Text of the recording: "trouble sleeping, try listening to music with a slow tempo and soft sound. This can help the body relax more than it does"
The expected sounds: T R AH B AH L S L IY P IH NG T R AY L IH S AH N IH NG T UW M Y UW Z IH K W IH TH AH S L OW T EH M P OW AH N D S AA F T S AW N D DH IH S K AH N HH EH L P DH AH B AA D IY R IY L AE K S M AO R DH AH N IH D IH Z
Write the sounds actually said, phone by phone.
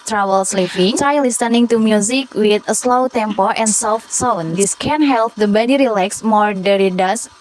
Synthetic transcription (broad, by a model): T R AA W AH L S L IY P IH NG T AY L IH S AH N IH NG T UW M Y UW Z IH K W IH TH AH S L OW T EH M P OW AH N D S AA F T S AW N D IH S K AH N HH EH L P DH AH B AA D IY R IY L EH K S M AO R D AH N IH D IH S